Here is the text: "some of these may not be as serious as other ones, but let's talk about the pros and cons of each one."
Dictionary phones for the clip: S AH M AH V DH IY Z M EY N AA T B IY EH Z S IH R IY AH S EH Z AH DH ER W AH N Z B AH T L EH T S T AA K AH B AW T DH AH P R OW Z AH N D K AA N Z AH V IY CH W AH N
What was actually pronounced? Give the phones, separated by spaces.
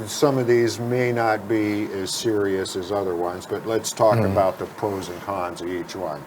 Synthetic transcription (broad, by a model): S AH M AH V DH IY Z M EY N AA T B IY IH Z S IH R IY AH S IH Z AH DH ER W AH N Z B AH T L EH T S T AA K AH B AW T DH AH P OW Z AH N K AA N Z AH V IY CH W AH N